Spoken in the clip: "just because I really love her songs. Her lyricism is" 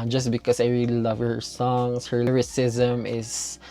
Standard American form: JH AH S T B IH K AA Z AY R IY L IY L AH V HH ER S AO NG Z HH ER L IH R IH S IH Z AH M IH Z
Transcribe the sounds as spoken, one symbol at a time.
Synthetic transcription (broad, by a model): JH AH S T B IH K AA S AY R IY L IY L AH V HH ER S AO NG S HH ER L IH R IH S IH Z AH M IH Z